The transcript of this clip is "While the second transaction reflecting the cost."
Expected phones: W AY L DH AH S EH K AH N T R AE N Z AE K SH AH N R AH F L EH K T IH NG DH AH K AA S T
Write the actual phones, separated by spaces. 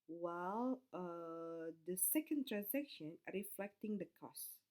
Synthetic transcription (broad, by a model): W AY L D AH S EH K AH N T R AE N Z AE K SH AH N R AH F L EH K T IH NG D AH K AA S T